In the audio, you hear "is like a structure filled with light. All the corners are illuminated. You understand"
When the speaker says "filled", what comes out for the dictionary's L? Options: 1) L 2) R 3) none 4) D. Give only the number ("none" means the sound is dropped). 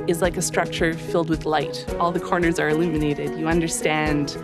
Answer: 1